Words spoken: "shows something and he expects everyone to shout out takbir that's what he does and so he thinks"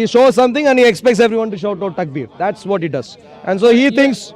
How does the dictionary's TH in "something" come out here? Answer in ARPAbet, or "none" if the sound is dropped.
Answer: T